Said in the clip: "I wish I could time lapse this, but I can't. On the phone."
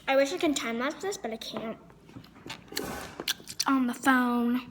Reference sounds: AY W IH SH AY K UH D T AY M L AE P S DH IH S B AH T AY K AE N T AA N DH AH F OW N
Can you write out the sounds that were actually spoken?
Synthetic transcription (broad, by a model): AY W IH SH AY K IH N T AY M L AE S DH IH S B AH T AY K AE N T N DH AH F OW N